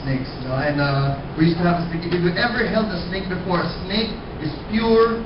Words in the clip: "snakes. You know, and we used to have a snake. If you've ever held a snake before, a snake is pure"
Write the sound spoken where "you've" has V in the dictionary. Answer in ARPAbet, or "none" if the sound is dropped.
none